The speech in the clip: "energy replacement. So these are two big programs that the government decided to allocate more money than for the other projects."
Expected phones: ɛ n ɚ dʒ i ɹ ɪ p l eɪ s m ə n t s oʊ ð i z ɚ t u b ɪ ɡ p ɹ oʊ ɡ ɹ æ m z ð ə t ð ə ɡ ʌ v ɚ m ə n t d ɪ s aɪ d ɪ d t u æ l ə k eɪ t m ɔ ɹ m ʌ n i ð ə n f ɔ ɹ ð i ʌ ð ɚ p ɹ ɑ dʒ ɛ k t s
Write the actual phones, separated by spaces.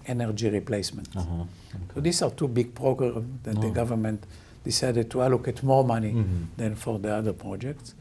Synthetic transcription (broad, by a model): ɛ n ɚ dʒ i ɹ ɪ p l eɪ s m ə n t s oʊ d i s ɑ t u b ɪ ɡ p ɹ oʊ ɡ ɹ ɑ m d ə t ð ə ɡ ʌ v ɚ m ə n t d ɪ s aɪ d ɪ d t u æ l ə k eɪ t m ɔ ɹ m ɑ n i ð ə n f ɔ ɹ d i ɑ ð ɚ p ɹ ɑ dʒ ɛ k t s